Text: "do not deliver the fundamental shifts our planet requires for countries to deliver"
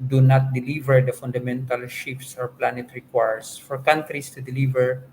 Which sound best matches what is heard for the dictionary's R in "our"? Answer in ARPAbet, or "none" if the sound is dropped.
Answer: R